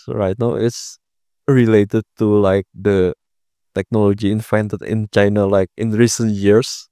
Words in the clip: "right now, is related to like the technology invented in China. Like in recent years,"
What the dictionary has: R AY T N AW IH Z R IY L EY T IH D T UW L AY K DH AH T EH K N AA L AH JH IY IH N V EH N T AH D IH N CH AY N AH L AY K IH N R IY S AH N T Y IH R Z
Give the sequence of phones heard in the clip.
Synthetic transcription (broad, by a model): R AY T N AW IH S R IY L EY T IH D T UW L AY K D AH T EH K N AA L AH JH IY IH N F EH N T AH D IH N CH AY N AH L AY K IH N R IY S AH N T Y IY R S